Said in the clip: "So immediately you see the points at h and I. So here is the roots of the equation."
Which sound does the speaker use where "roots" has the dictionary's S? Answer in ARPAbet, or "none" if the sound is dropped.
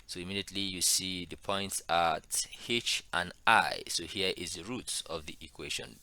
S